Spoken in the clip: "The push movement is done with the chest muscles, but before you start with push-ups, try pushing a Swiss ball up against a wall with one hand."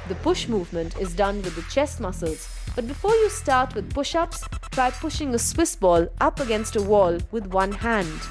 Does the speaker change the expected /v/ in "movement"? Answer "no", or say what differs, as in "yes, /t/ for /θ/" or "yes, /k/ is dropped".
no